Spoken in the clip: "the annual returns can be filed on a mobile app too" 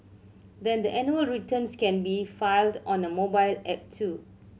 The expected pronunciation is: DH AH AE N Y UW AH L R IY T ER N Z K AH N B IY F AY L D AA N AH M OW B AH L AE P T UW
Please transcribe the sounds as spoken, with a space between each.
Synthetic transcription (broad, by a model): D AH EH N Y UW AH L R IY T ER N S K AH N B IY F AY L D AA N AH M OW B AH L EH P T UW